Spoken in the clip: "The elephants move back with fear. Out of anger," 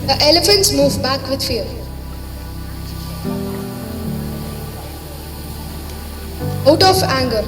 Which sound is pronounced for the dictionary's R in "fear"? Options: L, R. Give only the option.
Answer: L